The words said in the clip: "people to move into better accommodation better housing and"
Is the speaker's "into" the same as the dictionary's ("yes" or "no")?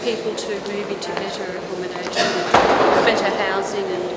no